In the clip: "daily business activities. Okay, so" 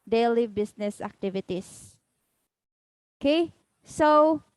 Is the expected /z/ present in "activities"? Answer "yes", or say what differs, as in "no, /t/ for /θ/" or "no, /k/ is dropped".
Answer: no, /s/ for /z/